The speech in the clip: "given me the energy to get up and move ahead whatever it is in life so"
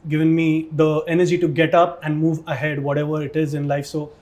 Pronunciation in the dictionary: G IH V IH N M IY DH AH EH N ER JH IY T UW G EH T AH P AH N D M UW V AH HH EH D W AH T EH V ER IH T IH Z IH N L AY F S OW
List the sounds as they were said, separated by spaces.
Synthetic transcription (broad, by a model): G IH V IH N M IY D AH EH N ER JH IY T UW G EH T AH P AH N D M UW V AH HH EH D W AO T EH V ER IH T IH Z IH N L AY F S OW